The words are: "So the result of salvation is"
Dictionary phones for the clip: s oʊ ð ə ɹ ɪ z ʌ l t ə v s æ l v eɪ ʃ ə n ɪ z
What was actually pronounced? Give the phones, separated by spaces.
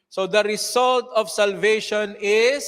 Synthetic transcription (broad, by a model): s oʊ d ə ɹ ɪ s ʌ l t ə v s æ l v eɪ ʃ ə n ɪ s